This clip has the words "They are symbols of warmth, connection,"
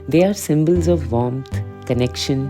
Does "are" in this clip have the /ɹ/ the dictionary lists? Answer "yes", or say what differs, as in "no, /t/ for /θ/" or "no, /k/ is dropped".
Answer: yes